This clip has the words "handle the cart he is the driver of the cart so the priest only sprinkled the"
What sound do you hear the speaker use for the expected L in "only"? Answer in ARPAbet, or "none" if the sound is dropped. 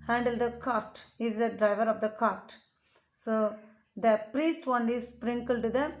none